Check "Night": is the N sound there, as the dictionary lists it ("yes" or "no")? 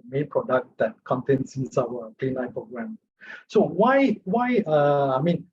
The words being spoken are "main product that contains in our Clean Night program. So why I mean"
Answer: no